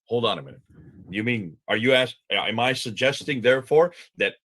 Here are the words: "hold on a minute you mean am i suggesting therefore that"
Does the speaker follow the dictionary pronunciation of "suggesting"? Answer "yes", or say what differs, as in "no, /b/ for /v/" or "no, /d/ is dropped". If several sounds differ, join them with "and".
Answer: yes